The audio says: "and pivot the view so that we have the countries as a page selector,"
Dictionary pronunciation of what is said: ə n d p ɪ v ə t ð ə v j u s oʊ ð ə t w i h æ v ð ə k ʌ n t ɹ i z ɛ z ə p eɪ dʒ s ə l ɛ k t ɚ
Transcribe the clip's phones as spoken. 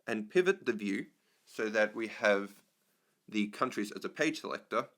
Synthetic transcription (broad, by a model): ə n p ɪ v ə t ð ə v j u s oʊ ð ə t w i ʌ v ð ə k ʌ n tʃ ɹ i z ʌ z ə p eɪ dʒ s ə l ɛ k t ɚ